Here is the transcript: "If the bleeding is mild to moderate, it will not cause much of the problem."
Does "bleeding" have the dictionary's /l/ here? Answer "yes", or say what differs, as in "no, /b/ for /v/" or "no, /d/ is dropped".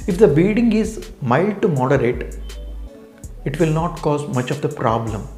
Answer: no, /l/ is dropped